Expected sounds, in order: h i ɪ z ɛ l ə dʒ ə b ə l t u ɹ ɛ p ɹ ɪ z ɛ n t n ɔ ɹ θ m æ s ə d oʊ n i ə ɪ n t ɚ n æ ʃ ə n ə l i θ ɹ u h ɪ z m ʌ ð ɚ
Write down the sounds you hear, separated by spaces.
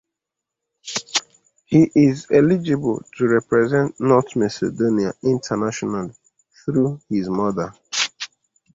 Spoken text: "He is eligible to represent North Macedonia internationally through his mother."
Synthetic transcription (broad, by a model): h i ɪ z ɛ l ə dʒ ə b ə l t u ɹ ɛ p ɹ ɪ z ɛ n t n ɔ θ m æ s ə d oʊ n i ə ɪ n t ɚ n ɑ ʃ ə n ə l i θ ɹ u h ɪ z m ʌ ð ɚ